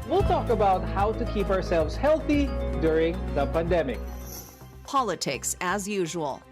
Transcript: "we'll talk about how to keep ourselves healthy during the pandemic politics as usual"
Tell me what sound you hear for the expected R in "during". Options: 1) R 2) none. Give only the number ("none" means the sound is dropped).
1